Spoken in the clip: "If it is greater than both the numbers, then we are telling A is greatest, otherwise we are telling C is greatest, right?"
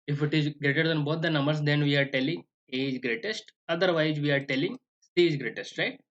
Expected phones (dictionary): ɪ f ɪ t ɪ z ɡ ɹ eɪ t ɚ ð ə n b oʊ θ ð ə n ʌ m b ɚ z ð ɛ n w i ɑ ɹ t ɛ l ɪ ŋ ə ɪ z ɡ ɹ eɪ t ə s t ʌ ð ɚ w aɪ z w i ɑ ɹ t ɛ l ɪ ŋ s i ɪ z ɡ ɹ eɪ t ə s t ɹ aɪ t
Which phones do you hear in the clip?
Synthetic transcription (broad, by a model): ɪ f ɪ t ɪ z ɡ ɹ eɪ t ɚ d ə n b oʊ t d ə n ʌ m b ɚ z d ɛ n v i ɑ ɹ t ɛ l ɪ ŋ ə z ɡ ɹ eɪ t ə s t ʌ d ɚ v aɪ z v i ɑ ɹ t ɛ l ɪ ŋ s i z ɡ ɹ eɪ t ə s t ɹ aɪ t